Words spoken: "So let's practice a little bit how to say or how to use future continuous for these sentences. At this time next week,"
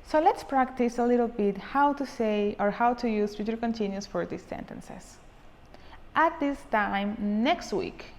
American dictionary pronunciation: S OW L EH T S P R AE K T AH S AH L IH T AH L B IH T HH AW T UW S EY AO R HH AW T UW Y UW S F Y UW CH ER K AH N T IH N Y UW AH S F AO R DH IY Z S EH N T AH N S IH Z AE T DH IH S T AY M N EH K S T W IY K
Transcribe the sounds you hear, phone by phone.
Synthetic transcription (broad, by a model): S OW L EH T S P R AE K T AH S AH L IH T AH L B IH T HH AW T UW S EY AO R HH AW T UW Y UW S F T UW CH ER K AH N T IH N Y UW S F AO R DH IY S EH N T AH N S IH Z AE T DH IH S T AY M N EH K S T W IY K